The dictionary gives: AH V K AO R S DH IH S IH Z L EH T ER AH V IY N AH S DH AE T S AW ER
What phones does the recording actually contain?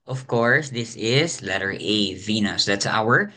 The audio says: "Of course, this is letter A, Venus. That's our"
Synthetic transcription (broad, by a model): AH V K AO R S DH IH S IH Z L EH T ER AH V IY N AH S DH AE T S AW ER